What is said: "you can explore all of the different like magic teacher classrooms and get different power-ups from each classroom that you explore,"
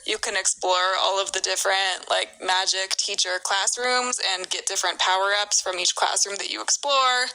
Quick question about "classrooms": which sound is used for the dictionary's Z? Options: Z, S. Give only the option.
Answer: Z